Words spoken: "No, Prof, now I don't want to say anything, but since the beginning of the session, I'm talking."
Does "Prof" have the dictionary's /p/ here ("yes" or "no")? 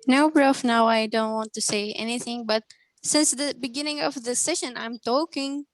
no